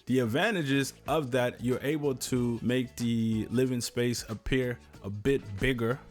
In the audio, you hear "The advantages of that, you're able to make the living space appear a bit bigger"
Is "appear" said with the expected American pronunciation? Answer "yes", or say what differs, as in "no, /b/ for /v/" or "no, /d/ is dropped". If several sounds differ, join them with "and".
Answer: yes